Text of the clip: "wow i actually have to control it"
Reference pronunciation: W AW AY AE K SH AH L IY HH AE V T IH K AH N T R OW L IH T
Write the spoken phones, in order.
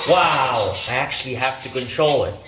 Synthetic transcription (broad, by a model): W AW AY AE K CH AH L IY HH AE F T IH K AH N T R OW L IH T